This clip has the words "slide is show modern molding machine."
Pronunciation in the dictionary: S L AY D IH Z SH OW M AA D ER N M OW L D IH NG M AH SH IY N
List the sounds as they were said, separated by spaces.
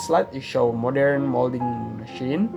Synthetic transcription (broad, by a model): S L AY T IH SH OW M AA D ER N M OW L D IH NG M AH SH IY N